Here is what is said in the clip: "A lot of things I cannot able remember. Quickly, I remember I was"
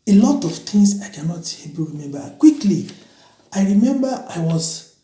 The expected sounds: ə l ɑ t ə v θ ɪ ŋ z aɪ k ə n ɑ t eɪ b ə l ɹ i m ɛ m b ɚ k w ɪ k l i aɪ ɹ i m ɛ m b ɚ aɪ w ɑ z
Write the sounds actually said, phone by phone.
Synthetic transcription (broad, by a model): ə l ɑ t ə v t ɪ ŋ s aɪ k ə n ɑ t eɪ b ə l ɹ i m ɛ m b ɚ k w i k l i aɪ ɹ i m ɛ m b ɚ aɪ w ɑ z